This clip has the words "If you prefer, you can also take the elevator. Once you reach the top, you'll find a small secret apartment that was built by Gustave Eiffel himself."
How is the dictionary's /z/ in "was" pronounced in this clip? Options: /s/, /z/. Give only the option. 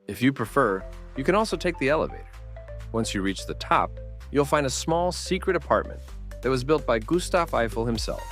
/z/